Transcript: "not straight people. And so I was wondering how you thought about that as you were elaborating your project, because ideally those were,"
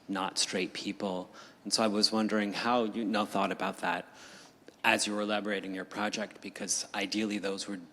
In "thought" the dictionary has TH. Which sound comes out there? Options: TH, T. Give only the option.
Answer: TH